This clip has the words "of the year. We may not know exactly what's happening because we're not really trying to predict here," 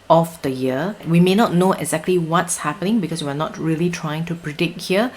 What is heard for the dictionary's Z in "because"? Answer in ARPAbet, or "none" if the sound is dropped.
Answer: S